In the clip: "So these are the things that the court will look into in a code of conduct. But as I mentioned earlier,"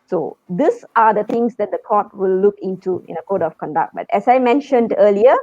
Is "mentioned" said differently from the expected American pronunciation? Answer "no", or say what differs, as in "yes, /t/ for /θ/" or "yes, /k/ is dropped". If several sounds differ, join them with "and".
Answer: no